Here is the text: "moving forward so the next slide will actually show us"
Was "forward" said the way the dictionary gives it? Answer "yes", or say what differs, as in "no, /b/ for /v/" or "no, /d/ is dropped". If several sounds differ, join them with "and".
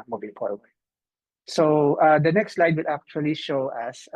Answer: no, /p/ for /f/